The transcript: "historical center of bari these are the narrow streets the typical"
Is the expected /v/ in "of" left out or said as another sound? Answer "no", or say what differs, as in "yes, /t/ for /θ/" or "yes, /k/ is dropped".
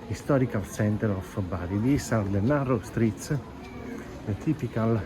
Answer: yes, /f/ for /v/